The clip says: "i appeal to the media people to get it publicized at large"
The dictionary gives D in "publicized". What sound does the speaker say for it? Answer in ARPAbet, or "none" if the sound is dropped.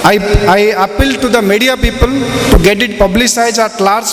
none